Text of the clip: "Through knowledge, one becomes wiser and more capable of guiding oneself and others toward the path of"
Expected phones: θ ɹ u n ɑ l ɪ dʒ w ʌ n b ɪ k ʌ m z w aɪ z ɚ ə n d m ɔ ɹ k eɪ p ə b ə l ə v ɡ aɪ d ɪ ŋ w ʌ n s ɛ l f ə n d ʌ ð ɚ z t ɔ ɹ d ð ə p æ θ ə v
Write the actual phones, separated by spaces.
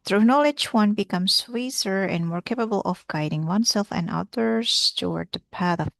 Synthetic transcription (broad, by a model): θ ɹ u n ɑ l ɪ dʒ w ʌ n b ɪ k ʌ m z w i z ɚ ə n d m ɔ ɹ k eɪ p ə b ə l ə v ɡ aɪ d ɪ ŋ w ʌ n s ɛ l f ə n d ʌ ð ɚ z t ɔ ɹ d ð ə p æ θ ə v